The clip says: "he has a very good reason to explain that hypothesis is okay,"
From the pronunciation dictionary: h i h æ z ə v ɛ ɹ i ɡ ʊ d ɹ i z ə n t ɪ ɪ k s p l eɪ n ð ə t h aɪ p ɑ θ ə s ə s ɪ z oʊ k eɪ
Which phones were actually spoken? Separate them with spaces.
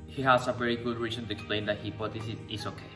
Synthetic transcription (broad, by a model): h i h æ s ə v ɛ ɹ i ɡ ʊ d ɹ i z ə n t ɪ ɪ k s p l eɪ n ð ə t h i b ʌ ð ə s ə ɪ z oʊ k eɪ